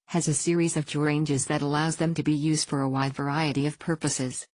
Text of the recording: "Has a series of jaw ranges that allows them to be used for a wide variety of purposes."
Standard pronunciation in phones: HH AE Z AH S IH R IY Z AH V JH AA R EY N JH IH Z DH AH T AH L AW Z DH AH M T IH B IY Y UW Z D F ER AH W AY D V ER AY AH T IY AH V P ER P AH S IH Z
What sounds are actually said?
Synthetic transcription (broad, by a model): HH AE Z AH S IH R IY Z AH V JH AA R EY N JH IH Z DH AH T AH L AW Z DH AH M T IH B IY Y UW Z D F ER AH W AY D V ER AY AH T IY AH V P ER P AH S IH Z